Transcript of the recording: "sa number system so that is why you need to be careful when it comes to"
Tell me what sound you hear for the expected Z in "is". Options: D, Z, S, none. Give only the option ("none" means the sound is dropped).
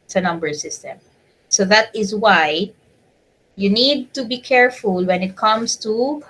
Z